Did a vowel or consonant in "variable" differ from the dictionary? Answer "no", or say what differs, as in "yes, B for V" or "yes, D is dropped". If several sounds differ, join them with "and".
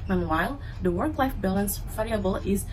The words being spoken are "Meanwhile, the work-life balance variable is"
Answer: yes, F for V